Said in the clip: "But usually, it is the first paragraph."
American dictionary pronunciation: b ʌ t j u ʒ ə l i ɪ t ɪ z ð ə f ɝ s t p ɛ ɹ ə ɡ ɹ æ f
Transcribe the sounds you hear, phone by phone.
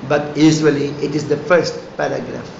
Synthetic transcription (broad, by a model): b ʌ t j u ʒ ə l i ɪ t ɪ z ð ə f ɝ s t p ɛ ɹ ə ɡ ɹ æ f